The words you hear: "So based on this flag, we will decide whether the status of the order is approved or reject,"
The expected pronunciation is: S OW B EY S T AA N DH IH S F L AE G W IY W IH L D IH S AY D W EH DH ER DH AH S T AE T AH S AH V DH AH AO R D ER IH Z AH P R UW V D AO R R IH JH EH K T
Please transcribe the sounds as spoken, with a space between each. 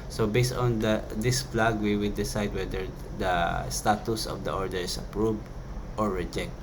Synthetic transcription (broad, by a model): S OW B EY S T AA N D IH S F L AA G W IY W IH L D IH S AY D W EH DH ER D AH S T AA T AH S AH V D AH AO R D ER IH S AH P R UW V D AO R R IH JH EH K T